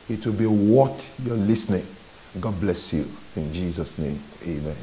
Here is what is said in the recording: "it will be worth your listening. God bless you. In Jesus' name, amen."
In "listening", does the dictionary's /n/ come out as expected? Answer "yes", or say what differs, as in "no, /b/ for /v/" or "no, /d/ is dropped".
yes